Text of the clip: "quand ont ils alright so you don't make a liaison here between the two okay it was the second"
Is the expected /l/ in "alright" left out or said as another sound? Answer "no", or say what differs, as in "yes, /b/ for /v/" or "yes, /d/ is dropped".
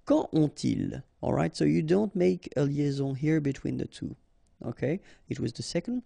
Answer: no